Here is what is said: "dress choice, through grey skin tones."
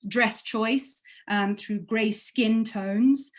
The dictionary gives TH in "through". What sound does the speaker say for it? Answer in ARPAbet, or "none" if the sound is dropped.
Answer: TH